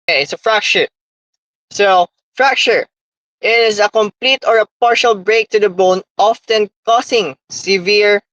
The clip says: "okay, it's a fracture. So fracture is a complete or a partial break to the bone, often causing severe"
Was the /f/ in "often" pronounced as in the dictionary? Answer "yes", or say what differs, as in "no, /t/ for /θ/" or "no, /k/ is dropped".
yes